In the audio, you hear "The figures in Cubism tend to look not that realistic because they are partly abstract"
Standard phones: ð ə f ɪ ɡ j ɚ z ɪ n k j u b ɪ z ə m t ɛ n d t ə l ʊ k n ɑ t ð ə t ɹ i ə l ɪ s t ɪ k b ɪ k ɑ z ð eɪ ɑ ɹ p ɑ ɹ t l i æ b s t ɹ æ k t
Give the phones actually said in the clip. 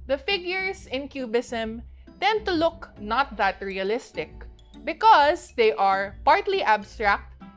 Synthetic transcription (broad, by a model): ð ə f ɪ ɡ j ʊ s ɪ n k j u b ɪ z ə m t ɛ n d t ə l ʊ k n ɑ t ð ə t ɹ i ə l ɪ s t ɪ k b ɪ k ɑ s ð eɪ ɑ ɹ p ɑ ɹ t l i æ b s t ɹ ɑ k t